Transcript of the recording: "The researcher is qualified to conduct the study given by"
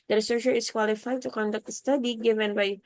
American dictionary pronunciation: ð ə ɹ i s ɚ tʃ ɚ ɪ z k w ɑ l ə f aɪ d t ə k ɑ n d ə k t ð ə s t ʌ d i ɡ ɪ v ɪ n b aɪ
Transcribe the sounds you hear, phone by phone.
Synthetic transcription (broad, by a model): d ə ɹ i s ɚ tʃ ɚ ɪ s k w ɑ l ə f aɪ d t ə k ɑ n d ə k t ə s t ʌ d i ɡ ɪ v ɪ n b aɪ